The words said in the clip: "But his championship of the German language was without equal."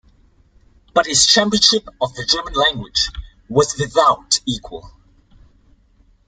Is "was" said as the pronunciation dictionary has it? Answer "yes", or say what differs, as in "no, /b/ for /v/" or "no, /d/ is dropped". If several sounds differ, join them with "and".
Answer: yes